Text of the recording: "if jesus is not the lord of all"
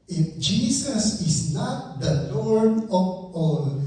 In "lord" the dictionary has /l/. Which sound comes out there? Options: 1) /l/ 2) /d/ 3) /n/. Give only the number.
3